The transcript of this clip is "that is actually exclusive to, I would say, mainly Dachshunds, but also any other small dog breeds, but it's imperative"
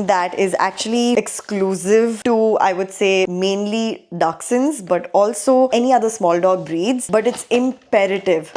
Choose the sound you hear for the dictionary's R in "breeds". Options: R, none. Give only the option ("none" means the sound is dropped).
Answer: R